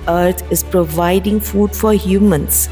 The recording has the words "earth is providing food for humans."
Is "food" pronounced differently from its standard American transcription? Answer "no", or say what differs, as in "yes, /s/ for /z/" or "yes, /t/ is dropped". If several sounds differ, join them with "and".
no